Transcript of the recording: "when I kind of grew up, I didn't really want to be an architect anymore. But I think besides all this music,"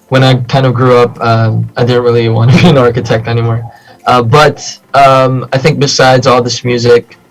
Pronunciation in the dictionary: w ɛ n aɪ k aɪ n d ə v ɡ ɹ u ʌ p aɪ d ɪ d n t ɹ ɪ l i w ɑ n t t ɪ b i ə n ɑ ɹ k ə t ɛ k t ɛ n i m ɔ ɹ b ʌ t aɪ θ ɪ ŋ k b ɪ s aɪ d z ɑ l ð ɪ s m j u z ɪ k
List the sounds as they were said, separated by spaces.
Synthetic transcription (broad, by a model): w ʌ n aɪ k aɪ n d ə v ɡ ɹ u ʌ p aɪ d ɪ d n t ɹ ɪ l i w ɑ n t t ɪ b i ə n ɑ ɹ k ə t ɛ k t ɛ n i m ɔ ɹ b ʌ t aɪ θ ɪ ŋ k b ɪ s aɪ d z ɑ l ð ɪ s m j u z ɪ k